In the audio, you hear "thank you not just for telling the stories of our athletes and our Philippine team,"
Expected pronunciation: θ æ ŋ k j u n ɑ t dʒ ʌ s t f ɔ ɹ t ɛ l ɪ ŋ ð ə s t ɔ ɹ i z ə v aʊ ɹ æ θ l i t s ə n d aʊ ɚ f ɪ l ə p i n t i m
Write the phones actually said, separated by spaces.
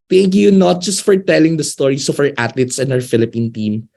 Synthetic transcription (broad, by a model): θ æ ŋ k j u n ɑ t dʒ ʌ s t f ɔ ɹ t ɛ l ɪ ŋ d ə s t ɔ ɹ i s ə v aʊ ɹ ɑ t l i t s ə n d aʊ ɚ f ɪ l ə p i n t i m